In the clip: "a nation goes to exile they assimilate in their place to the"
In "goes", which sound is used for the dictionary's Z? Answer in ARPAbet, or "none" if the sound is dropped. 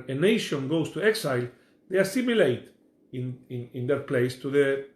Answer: S